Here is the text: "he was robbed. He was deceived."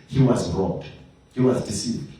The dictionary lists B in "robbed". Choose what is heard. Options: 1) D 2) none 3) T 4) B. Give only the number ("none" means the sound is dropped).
2